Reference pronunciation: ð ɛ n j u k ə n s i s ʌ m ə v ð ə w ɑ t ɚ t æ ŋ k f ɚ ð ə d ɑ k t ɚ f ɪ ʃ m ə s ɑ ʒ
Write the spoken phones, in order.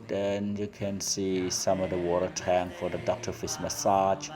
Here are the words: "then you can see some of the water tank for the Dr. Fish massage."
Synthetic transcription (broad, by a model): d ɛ n j u k ə n s i s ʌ m ə v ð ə w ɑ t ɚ t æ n f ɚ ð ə d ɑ k t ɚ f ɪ s m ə s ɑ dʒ